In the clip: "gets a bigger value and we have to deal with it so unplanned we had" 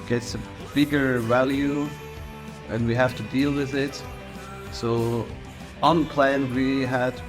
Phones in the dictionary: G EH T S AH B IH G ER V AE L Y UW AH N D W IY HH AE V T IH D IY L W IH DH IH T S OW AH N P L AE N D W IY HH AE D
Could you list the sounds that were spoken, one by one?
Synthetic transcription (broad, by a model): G EH T S AH B IH G ER V AE L Y UW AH N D W IY HH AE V T IH D IY L W IH DH IH T S OW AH N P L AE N W IY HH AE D